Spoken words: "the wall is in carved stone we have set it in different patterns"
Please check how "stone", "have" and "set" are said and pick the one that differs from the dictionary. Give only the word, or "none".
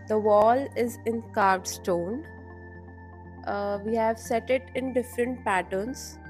none